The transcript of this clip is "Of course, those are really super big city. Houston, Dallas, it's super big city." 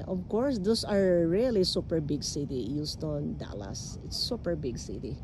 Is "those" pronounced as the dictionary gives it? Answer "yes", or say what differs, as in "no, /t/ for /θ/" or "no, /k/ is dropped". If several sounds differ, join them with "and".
no, /s/ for /z/